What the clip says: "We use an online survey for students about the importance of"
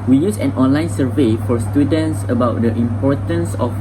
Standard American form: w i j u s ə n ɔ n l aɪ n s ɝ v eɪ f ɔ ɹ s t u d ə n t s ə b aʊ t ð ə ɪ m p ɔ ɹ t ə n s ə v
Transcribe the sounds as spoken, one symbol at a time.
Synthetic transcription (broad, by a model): w i j u s ə n ɔ n l aɪ n s ɝ v eɪ f ɔ ɹ s t u d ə n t s ə b aʊ t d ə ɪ m p ɔ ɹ t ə n s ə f